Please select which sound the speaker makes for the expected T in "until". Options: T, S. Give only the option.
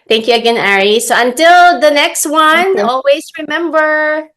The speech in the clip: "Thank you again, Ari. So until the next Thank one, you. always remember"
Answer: T